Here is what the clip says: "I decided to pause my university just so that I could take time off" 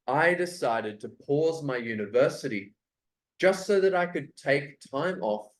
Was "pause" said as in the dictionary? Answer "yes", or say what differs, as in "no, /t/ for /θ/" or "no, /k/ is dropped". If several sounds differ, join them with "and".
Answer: yes